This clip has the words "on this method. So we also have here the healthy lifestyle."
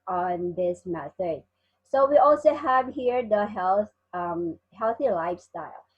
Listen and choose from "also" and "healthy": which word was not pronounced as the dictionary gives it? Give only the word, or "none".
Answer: none